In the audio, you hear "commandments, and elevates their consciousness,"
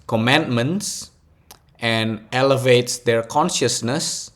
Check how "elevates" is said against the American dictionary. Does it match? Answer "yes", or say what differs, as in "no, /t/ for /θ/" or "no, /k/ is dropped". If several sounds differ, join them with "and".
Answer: yes